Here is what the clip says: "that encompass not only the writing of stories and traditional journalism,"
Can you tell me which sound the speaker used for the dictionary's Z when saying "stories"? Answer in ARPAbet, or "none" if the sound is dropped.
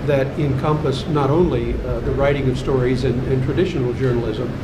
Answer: Z